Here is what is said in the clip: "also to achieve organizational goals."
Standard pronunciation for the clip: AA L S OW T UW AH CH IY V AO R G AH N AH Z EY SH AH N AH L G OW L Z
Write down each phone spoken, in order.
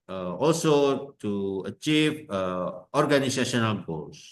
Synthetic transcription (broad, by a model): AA L S OW T UW AH CH IY V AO R G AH N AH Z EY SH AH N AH N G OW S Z